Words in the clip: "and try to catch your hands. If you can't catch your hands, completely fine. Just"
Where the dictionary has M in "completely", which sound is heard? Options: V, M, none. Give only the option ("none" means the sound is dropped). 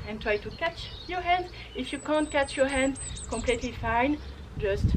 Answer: M